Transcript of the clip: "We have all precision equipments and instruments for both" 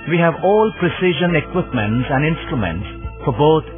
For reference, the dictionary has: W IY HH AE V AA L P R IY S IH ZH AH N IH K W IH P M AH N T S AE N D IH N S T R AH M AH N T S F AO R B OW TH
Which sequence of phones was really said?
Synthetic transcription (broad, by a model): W IY HH AE V AA L P R IY S IH ZH AH N IH K W IH P M AH N T S AE N D IH N S T R AH M AH N T S F AO R B OW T